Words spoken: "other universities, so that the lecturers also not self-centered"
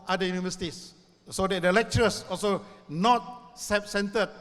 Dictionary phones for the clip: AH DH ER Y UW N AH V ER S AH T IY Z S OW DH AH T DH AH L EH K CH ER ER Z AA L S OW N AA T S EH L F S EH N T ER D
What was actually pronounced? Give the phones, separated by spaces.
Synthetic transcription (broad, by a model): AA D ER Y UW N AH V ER S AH T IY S S OW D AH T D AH L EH K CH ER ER S AA L S OW N AA T S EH F S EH N T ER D